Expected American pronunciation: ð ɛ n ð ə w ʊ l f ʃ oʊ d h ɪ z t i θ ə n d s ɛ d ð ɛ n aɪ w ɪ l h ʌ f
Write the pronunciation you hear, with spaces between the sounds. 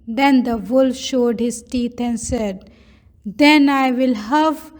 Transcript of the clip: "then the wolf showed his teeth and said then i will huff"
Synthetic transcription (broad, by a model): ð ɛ n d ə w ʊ l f ʃ oʊ d h ɪ z t i t ə n d s ɛ d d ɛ n aɪ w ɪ l h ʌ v